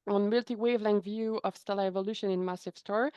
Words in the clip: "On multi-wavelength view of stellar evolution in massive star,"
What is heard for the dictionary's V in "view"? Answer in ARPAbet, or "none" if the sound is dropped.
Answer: V